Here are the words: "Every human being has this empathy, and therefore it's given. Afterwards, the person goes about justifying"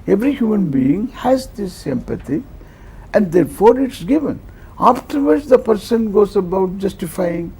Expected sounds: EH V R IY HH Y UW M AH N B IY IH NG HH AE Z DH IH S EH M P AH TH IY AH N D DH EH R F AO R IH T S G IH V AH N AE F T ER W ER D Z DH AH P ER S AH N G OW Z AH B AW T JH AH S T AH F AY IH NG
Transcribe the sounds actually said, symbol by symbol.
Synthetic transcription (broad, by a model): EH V R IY HH Y UW M AH N B IY IH NG HH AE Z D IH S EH M P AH T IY AH N D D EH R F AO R IH T S G IH V AH N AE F T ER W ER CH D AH P ER S AH N G OW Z AH B AW T JH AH S T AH F AY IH NG